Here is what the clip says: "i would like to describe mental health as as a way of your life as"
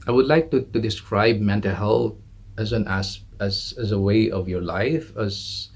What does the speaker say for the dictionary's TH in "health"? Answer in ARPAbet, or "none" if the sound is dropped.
S